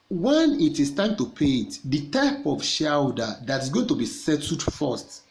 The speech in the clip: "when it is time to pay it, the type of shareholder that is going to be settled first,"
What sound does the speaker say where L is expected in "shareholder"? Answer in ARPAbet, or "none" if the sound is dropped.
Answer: none